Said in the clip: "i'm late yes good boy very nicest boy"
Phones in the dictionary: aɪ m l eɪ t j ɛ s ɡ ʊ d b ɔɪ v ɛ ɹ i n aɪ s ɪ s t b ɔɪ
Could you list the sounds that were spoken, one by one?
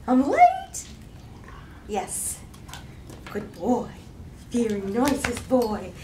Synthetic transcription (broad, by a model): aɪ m l eɪ t j ɛ s ɡ ʊ d b ɔɪ f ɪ ɹ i n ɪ s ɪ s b ɔɪ